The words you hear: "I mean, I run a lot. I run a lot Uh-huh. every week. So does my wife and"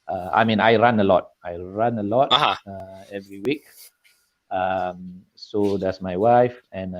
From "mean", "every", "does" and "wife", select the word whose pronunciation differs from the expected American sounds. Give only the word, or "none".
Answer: does